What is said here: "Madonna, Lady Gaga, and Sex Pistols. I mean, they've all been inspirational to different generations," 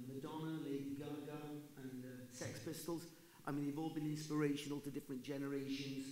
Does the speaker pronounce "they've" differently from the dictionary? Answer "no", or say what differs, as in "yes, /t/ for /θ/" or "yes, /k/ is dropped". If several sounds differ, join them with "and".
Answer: no